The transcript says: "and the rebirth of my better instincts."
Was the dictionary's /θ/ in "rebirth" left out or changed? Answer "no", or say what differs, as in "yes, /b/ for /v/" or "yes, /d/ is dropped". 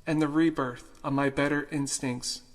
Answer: no